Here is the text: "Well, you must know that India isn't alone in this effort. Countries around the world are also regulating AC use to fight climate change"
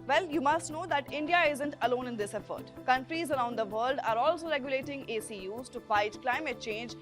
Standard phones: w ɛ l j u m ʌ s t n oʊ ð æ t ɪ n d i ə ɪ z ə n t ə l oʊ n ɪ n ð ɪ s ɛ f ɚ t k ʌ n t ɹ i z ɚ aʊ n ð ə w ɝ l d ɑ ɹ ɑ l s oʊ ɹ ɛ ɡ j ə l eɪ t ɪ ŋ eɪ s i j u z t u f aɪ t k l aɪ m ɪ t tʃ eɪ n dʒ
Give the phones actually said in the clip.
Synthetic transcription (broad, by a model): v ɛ l j u m ʌ s t n oʊ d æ t ɪ n d i ə ɪ z ə n t ə l oʊ n ɪ n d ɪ s ɛ f ɚ t k ʌ n t ɹ i z ɚ aʊ n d ə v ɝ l d ɑ ɹ ɑ l s oʊ ɹ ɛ ɡ j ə l eɪ t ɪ ŋ eɪ s i j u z t u f aɪ t k l aɪ m ɪ t tʃ eɪ n dʒ